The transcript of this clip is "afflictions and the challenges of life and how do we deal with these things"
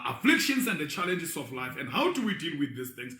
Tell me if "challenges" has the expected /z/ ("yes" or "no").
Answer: no